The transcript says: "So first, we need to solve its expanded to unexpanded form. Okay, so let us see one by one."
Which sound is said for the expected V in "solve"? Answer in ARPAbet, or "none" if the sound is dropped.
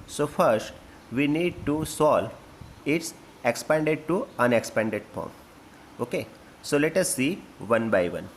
none